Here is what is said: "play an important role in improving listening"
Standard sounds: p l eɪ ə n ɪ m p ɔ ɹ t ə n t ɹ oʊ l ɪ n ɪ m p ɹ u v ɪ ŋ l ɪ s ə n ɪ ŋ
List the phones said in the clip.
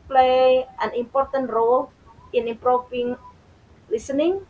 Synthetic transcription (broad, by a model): p l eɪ ə n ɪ m p ɔ ɹ t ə n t ɹ oʊ l ɪ n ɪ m p ɹ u f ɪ ŋ l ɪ s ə n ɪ ŋ